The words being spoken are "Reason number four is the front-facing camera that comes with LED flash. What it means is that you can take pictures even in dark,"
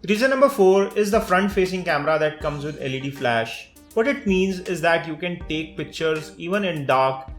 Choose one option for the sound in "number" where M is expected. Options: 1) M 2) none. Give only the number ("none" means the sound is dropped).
1